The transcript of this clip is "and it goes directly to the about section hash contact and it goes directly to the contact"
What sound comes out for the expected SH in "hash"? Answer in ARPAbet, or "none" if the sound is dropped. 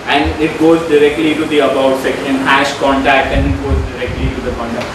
SH